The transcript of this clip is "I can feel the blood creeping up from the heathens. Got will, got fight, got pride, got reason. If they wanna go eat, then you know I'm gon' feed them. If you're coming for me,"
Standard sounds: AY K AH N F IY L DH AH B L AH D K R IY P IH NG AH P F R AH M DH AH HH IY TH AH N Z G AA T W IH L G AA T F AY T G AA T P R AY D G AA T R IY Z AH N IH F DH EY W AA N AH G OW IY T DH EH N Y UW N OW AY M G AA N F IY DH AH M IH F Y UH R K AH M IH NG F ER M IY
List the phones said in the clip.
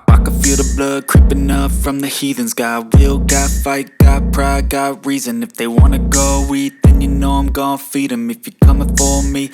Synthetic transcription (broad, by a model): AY K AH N F IY L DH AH B L AH D K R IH P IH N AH F R AH M DH AH HH IY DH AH N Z G AA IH W IH L G AA T F AY T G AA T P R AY G AA T R IY Z AH N IH F DH EY W AA N AH G OW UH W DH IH N Y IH N OW AY M G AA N F IY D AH M IH F Y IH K AH M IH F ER M IY